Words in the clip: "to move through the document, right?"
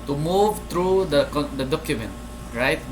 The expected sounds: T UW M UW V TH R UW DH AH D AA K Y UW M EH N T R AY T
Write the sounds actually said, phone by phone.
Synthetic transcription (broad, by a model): T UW M UW V T R UW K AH D AA K Y UW M EH N T R AY T